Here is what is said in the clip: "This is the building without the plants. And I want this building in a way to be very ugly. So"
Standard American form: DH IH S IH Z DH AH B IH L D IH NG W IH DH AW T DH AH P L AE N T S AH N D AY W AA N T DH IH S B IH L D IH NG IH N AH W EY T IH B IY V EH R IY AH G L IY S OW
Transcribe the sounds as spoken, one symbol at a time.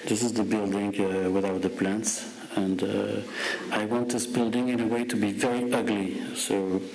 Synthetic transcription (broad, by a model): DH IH S IH Z DH AH B IH L D IH NG W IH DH AW T DH AH P L AE N T S AH N D AY W AA N T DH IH S B IH L D IH NG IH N AH W EY T IH B IY V EH R IY AH G L IY S OW